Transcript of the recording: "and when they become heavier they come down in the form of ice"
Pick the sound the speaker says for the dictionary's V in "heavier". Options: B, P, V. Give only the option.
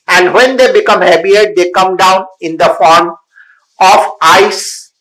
B